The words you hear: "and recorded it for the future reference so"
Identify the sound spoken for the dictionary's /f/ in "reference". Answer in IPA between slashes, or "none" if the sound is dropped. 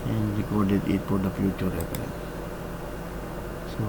/p/